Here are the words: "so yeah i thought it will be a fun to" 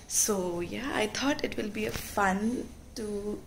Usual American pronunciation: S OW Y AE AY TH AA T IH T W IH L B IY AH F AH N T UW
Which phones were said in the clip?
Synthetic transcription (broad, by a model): S OW Y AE AY T AA T IH T W IH L B IY AH F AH N T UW